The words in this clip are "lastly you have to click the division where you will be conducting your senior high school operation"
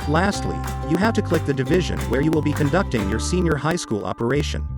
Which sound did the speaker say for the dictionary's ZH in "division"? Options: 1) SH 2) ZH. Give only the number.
2